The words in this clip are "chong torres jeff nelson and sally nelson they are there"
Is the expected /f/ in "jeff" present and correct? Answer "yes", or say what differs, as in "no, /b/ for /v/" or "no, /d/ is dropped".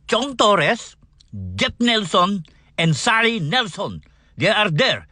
no, /p/ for /f/